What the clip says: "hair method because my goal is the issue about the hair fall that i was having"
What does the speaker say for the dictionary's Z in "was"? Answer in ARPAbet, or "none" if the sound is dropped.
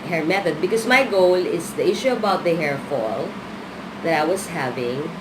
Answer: S